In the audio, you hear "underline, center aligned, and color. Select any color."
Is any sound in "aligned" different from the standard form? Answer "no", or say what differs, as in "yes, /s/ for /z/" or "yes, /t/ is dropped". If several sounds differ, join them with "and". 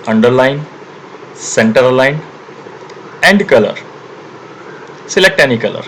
yes, /d/ is dropped